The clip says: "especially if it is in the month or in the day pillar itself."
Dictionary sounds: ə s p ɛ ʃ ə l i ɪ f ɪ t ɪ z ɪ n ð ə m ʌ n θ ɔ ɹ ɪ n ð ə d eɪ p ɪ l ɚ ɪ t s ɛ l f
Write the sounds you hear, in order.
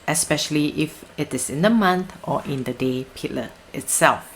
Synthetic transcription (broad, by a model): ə s p ɛ ʃ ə l i ɪ f ɪ t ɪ s ɪ n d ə m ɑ n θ ɔ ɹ ɪ n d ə d eɪ p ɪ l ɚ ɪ t s ɛ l f